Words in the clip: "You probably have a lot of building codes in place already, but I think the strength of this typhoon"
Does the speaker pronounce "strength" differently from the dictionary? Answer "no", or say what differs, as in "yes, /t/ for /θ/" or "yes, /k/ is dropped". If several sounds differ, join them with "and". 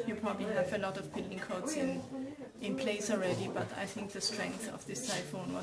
no